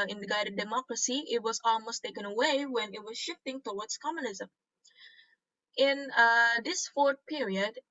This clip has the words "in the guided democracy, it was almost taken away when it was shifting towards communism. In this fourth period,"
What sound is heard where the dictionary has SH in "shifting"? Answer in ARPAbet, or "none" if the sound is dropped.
SH